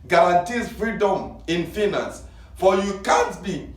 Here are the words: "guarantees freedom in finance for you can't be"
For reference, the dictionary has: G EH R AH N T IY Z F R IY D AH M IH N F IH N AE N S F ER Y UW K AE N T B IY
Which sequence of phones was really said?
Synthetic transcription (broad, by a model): G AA R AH N T IY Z F R IY D AH M IH N F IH N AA N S F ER Y UW K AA N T B IY